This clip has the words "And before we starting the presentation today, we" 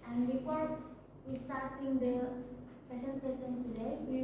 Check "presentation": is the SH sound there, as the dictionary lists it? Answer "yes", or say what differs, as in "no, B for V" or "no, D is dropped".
no, S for SH